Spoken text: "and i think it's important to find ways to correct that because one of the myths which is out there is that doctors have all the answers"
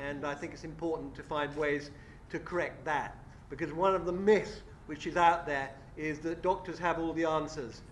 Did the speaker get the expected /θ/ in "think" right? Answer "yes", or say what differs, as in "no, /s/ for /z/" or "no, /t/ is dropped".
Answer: yes